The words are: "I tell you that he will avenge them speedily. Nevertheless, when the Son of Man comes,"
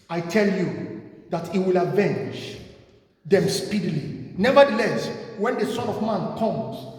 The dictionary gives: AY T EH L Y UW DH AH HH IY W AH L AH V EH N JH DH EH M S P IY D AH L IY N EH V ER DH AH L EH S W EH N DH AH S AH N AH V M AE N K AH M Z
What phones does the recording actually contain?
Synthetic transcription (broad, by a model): AY T EH L Y UW DH AH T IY W AH L AH V EH N JH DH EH M S P IY D AH L IY N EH V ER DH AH L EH S W EH N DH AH S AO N AH V M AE N K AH M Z